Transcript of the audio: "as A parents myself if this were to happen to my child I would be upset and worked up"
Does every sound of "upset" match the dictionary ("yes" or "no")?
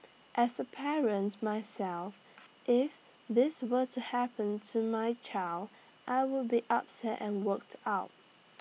yes